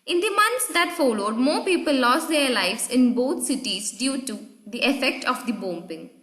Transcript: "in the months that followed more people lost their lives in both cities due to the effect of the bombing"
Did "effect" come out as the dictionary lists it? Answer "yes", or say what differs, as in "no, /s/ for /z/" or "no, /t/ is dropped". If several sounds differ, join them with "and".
yes